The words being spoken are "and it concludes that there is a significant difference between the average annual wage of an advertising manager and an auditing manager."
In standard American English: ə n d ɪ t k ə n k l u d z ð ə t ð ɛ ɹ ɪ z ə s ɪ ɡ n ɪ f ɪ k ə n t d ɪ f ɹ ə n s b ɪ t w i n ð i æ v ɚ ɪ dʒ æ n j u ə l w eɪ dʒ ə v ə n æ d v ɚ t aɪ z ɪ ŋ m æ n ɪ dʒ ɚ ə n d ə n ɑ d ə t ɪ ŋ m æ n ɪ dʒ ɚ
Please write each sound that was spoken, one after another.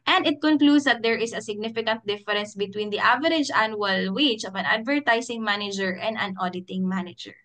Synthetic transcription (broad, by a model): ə n d ɪ t k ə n k l u d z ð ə t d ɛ ɹ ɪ s ə s ɪ ɡ n ɪ f ɪ k ə n t d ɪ f ɹ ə n s b ɪ t w i n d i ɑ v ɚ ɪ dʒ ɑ n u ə l w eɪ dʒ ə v ə n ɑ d v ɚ t aɪ s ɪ ŋ m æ n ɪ dʒ ɚ ə n d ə n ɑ d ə t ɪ ŋ m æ n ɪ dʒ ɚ